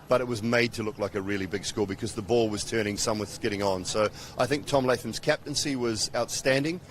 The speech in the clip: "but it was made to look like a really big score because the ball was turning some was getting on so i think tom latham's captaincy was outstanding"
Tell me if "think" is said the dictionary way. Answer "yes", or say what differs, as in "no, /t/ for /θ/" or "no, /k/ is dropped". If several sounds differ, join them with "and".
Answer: yes